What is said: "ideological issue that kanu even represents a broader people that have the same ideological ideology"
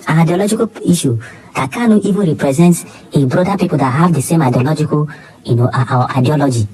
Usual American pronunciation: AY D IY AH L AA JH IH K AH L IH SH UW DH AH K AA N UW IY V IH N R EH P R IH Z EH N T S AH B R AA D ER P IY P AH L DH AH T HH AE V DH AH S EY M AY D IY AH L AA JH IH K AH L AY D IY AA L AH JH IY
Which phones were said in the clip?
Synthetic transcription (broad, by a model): AY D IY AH L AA JH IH K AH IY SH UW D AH K AA N UW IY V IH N R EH P R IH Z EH N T AH B R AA D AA P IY P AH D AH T HH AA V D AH S EY M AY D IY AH L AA JH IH K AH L AY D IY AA L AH JH IY